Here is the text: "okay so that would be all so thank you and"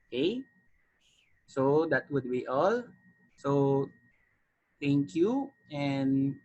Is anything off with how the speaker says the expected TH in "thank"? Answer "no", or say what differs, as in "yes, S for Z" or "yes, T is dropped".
yes, T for TH